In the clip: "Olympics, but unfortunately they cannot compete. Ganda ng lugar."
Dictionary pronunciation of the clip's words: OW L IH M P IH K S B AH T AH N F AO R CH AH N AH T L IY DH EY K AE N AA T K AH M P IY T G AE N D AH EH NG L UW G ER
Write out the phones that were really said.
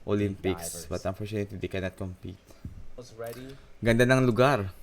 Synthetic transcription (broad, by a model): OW L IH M P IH K S B AH T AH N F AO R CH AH N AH T IY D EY K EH N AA T K AH M P IY T G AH N D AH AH NG L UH G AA